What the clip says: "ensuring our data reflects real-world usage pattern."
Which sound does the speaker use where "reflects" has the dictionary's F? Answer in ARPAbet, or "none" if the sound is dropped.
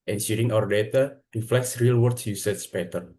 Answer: F